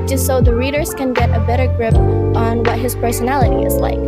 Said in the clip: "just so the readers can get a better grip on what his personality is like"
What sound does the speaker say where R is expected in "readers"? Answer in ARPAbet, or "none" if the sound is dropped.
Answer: R